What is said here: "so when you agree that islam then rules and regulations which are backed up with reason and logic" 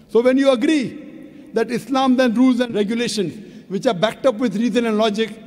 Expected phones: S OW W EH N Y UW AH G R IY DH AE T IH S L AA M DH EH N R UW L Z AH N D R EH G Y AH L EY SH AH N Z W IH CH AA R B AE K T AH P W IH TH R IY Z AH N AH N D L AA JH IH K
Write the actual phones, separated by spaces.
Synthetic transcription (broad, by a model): S OW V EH N Y UW AH G R IY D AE T IH S L AA M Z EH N R UW L Z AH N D R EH G Y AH L EY SH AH N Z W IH CH AA R B AE K T AH P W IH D R IY Z AH N AH N D L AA JH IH K